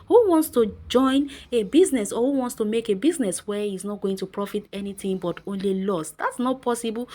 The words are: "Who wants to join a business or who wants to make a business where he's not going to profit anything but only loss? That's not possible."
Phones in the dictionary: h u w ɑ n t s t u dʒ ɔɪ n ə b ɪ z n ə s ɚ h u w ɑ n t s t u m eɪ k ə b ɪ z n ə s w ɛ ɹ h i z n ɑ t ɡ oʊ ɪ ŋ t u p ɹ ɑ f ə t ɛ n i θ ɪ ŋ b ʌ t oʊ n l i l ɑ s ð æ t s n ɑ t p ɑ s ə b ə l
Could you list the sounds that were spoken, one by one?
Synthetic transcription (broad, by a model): h u w ɑ n t s t u dʒ ɔɪ n ə b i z n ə s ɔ h u w ɑ n t s t u m eɪ k ə b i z n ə s w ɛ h i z n ɑ t ɡ oʊ ɪ ŋ t u p ɹ ɑ f ə t ɛ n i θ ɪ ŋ b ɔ t oʊ n l i l ɑ s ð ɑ t s n ɑ t p ɑ s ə b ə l